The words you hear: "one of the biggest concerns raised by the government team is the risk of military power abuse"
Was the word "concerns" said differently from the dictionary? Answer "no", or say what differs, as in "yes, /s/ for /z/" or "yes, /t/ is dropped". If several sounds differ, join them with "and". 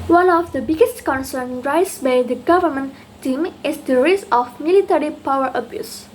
yes, /z/ is dropped